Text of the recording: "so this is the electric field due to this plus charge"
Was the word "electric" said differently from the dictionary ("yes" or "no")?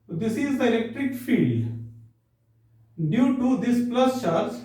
no